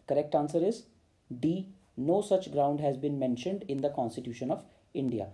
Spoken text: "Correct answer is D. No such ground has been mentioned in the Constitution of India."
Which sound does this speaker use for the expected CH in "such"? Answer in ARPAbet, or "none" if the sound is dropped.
CH